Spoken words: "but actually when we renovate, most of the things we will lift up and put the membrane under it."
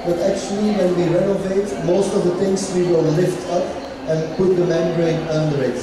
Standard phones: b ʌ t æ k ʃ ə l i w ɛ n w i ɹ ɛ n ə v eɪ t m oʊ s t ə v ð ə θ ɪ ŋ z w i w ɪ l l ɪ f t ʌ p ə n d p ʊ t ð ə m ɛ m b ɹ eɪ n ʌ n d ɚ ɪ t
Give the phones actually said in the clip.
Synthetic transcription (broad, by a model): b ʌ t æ k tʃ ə l i w ɛ n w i ɹ ɛ n ə v eɪ t m oʊ s t ə v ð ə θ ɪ ŋ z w i w ɪ l l ɪ f t ʌ p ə n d p ʊ t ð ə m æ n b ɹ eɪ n ʌ n d ɚ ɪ t